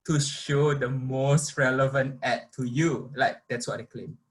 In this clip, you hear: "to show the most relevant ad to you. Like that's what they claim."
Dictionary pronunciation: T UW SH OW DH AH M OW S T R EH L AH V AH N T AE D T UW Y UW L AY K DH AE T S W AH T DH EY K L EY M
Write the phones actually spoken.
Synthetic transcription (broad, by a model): T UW SH OW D AH M OW S T R EH L AH V AH N T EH T UW Y UW L AY K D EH T S W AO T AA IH K L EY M